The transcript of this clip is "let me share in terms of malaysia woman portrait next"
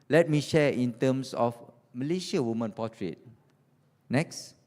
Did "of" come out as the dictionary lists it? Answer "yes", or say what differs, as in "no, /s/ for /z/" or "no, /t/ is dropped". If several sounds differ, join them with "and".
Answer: no, /f/ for /v/